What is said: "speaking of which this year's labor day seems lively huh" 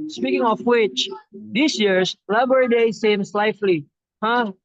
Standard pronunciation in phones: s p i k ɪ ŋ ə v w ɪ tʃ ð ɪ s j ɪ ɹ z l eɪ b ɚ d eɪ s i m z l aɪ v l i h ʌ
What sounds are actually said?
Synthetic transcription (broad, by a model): s p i k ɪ ŋ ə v w ɪ tʃ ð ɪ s j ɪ ɹ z l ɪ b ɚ d eɪ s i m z l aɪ f l i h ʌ